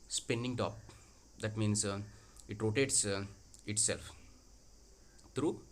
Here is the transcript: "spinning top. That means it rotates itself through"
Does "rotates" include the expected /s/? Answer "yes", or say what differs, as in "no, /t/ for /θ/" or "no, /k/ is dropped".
yes